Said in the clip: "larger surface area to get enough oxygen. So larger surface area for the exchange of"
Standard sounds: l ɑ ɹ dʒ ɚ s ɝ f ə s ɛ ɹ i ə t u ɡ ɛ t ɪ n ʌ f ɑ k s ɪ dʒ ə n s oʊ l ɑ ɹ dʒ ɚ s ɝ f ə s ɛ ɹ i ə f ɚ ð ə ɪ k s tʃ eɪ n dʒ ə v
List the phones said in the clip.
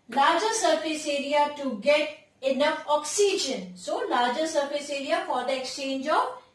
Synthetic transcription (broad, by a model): l ɑ ɹ dʒ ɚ s ɝ f ə s ɛ ɹ i ə t u ɡ ɛ t ɪ n ʌ f ɑ k s ɪ dʒ ə n s oʊ l ɑ ɹ dʒ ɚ s ɝ f ə s ɛ ɹ i ə f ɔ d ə ɪ k s tʃ eɪ n dʒ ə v